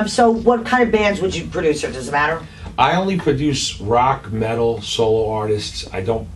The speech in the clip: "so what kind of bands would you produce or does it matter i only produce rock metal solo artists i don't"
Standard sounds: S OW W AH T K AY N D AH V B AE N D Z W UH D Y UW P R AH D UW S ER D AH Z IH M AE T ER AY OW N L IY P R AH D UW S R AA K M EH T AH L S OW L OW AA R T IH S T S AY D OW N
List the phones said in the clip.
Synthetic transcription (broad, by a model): S OW W AH T K AY N D AH V B AE N D Z W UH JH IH P R AH D UW S ER D AH Z IH M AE T ER AY OW N L IY P R AH D UW S R AA K M EH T L S OW L OW AA R T IH S T S AY D OW N